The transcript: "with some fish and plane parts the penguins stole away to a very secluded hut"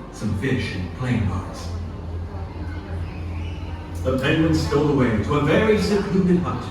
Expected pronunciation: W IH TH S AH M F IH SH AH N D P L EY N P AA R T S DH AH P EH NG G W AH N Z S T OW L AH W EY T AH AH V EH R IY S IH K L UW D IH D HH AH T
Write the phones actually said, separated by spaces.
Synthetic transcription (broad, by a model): S AH M F IH SH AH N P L EY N B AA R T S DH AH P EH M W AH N S T OW L AH W EY T AH AH V EH R IY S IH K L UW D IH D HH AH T